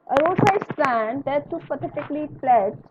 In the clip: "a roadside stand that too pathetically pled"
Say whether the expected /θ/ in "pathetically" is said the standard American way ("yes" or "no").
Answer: no